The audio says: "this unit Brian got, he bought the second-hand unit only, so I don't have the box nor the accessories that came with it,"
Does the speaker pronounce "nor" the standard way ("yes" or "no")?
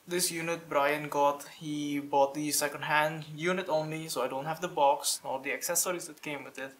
no